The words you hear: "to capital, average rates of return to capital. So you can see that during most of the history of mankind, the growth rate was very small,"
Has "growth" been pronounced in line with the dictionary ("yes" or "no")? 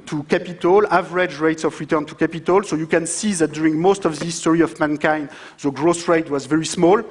no